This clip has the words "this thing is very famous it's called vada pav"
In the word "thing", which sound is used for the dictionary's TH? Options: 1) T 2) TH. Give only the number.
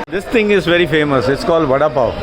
1